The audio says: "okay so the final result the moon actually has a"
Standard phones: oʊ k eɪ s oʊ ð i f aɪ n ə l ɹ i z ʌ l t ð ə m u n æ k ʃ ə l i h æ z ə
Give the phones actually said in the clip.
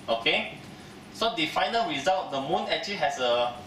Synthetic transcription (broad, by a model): oʊ k eɪ s oʊ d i f aɪ n ə l ɹ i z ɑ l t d ə m u n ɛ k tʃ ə l i h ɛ s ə